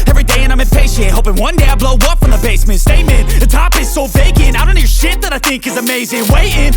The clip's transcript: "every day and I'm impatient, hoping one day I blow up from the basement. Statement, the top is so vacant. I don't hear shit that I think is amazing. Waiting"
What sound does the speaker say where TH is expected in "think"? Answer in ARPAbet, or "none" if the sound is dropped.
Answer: TH